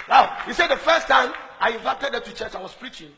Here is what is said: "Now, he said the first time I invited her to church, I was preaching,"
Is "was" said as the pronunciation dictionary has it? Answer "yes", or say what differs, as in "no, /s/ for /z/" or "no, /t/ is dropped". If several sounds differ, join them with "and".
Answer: no, /s/ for /z/